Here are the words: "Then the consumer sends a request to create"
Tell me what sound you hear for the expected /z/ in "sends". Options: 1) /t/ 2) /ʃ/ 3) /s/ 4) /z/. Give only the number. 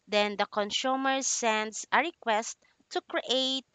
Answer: 3